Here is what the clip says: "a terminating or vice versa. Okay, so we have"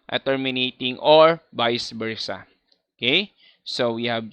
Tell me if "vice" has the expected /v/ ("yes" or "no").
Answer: no